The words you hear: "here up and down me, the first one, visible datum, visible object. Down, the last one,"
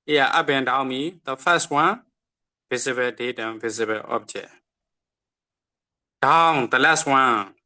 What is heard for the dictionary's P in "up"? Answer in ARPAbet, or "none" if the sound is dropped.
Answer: B